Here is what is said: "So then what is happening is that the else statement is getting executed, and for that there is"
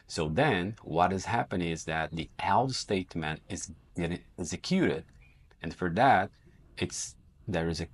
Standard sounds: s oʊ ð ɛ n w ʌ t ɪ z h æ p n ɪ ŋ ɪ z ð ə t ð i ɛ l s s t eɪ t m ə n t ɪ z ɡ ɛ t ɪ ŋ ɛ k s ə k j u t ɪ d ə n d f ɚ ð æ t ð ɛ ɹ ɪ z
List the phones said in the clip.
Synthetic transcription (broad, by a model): s oʊ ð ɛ n w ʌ t ɪ z h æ p ɪ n ɪ z ð ə t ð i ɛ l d s t eɪ t m ə n t ɪ z ɡ ɛ t ɪ ŋ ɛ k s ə k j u t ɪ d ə n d f ɚ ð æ t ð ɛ ɹ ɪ z